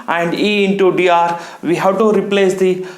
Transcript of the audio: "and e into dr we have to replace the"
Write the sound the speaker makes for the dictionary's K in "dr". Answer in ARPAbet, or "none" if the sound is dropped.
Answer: none